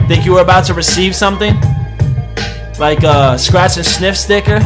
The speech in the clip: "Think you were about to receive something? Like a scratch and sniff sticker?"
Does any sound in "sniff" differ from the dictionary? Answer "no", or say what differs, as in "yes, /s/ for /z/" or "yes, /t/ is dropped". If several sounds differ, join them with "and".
no